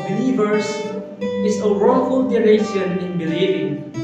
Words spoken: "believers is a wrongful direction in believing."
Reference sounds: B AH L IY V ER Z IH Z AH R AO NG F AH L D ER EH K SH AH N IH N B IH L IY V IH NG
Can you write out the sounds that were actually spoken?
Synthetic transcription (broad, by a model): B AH L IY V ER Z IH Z AH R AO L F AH L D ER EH SH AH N IH N B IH L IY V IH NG